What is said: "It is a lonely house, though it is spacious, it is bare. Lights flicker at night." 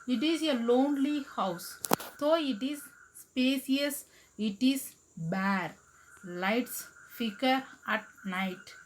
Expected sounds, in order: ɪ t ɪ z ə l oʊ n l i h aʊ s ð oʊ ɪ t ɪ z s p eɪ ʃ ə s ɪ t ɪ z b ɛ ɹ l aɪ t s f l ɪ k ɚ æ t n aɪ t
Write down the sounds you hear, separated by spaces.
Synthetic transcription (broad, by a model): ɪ t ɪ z ə l oʊ n l i h aʊ s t oʊ ɪ t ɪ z s p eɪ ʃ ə s ɪ t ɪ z b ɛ ɹ l aɪ t s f ɪ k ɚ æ t n aɪ t